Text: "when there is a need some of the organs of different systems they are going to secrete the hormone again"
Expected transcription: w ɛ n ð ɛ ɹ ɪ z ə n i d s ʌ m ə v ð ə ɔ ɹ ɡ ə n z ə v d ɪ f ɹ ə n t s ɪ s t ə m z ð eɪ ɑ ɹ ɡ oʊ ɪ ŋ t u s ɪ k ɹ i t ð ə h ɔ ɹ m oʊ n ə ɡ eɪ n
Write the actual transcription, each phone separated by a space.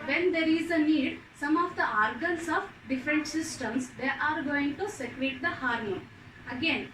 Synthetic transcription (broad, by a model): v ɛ n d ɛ ɹ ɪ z ə n i d s ʌ m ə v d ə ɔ ɹ ɡ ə n s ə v d ɪ f ɹ ə n t s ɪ s t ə m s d eɪ ɑ ɹ ɡ oʊ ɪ ŋ t u s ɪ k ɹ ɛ t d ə h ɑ ɹ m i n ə ɡ eɪ n